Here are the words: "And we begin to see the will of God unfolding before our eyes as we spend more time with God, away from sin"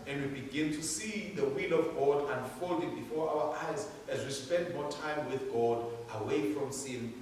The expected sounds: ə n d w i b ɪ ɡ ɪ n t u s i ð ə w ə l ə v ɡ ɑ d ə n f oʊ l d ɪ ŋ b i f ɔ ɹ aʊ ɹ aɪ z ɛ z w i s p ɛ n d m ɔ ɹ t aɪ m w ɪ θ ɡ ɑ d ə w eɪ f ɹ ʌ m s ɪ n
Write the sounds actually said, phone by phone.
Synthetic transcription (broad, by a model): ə n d w i b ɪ ɡ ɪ n t u s i ð ə w ə l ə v ɡ ɑ d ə n f oʊ l d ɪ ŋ b i f ɔ ɹ aʊ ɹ aɪ z ɛ z w i s p ɛ n d m ɔ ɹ t aɪ m w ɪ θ ɡ ɑ d ə w eɪ f ɹ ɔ m s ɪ n